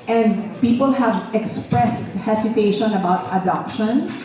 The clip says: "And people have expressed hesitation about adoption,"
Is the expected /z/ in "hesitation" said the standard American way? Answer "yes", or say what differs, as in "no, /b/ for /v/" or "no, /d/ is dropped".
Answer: no, /s/ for /z/